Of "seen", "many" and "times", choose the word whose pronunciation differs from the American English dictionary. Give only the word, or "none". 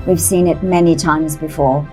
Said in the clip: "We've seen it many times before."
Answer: none